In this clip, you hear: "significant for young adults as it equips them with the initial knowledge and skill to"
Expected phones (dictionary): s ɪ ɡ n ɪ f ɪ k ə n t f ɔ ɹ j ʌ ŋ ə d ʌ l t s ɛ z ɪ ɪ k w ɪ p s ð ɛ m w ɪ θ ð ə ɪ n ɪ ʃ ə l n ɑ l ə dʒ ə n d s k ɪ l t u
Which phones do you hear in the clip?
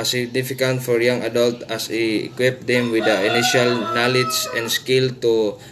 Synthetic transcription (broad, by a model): s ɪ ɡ n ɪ f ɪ k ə n t f ɔ ɹ j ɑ ŋ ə d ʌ l t ɑ s ɪ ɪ k w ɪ p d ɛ m w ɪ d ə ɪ n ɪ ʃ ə l n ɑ l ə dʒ ə n d s k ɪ l t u